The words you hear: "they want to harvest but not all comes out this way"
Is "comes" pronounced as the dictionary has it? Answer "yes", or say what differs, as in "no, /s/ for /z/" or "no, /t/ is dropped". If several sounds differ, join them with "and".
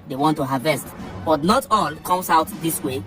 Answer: no, /s/ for /z/